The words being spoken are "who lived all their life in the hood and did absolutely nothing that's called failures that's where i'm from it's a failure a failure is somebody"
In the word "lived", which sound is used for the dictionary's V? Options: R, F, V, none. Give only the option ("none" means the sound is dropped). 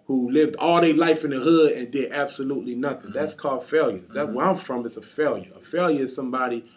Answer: V